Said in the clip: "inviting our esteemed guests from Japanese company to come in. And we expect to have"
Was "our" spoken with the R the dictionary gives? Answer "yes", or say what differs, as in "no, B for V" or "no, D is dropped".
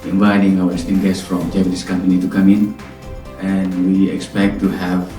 no, W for R